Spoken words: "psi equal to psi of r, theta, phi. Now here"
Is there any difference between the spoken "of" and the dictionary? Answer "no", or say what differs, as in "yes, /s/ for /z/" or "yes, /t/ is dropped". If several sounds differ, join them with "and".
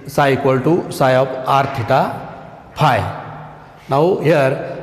yes, /p/ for /v/